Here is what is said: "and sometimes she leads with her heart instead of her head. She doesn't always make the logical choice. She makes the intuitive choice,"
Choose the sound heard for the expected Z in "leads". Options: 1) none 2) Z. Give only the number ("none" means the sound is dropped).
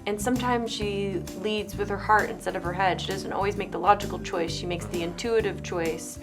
2